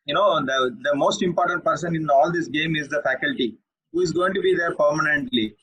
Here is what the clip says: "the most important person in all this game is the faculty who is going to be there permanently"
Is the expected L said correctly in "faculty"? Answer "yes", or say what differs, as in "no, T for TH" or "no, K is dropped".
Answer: yes